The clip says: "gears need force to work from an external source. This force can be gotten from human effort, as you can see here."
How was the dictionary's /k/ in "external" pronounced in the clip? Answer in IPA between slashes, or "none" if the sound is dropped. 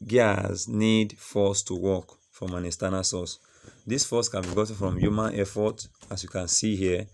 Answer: none